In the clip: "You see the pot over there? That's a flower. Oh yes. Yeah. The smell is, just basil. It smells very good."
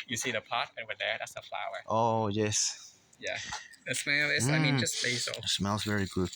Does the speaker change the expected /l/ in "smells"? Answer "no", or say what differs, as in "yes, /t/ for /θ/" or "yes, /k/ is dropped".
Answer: no